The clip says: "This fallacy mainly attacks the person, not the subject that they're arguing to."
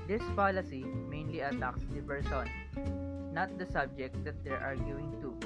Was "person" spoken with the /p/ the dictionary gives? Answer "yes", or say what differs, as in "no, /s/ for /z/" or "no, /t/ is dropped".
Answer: no, /b/ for /p/